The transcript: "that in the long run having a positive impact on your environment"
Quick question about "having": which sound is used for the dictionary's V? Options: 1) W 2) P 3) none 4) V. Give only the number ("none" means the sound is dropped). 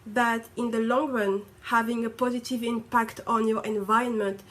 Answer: 4